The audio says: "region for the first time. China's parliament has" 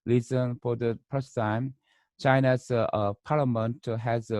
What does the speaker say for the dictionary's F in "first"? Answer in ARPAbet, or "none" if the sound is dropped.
P